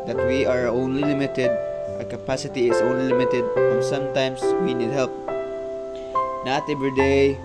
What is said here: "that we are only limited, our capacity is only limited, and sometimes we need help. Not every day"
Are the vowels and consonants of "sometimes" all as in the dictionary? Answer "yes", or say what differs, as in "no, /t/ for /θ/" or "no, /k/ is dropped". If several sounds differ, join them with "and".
no, /s/ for /z/